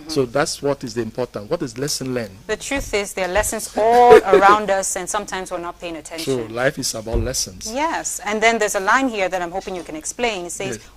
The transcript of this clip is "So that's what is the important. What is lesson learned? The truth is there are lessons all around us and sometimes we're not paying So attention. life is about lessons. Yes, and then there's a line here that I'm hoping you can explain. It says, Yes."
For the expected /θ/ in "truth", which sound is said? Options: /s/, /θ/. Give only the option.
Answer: /θ/